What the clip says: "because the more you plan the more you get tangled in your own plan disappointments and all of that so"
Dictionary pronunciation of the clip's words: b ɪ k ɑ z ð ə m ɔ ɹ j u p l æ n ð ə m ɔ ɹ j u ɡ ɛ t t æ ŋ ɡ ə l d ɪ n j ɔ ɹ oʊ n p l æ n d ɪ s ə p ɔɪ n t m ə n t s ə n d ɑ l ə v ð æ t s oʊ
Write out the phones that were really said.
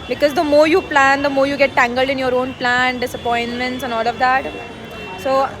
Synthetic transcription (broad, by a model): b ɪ k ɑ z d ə m ɔ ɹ j u p l æ n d ə m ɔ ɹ j u ɡ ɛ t t æ ŋ ɡ ə l d ɪ n j ɔ ɹ oʊ n p l æ n d ɪ s ə p ɔɪ n t m ə n t s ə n ɑ l ə v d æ t s oʊ